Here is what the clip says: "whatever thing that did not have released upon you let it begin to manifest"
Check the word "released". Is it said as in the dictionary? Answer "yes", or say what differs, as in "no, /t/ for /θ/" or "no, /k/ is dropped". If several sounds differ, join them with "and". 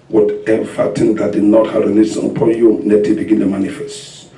no, /n/ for /l/